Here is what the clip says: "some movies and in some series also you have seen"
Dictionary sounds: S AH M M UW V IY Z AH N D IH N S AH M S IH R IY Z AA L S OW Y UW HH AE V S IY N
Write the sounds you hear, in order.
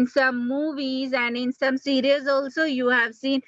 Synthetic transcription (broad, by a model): S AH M M UW V IY Z AH N D IH N S AH M S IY R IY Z AA L S OW Y UW HH AE V S IY N